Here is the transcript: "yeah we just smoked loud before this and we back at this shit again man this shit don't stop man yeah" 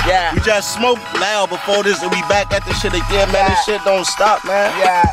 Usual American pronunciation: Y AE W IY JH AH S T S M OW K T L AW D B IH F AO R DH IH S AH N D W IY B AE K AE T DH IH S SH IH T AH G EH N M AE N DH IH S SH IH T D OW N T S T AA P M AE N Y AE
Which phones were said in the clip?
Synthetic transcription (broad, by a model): Y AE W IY JH AH S T S M OW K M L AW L B IH F AO R DH IH S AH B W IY B AE K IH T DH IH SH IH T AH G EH M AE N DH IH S SH IH T D OW N T S T AA P M AE N Y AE